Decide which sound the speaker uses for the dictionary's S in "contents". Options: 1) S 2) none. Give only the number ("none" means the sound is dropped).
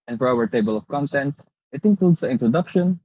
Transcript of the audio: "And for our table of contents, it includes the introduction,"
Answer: 2